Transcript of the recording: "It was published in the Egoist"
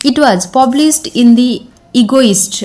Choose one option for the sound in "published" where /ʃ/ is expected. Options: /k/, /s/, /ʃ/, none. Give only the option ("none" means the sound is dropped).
/s/